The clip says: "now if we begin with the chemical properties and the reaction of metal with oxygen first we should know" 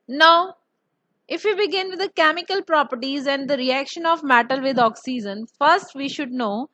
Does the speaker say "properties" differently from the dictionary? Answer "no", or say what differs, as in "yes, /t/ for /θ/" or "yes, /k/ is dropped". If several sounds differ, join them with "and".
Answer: no